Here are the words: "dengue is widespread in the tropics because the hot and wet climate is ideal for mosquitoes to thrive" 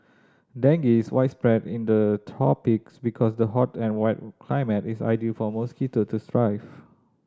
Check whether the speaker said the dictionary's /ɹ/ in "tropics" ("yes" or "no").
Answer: no